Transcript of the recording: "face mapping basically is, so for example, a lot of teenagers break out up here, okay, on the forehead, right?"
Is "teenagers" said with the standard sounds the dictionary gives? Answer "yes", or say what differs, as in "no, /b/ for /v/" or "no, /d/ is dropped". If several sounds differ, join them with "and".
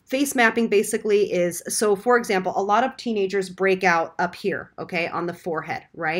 yes